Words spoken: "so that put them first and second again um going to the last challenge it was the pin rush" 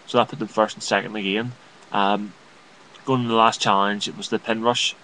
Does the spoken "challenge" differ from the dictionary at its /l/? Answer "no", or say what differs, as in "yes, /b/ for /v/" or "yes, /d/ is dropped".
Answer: yes, /l/ is dropped